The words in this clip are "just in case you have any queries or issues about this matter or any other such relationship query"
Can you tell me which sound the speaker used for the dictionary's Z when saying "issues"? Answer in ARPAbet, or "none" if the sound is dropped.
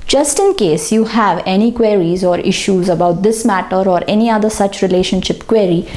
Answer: Z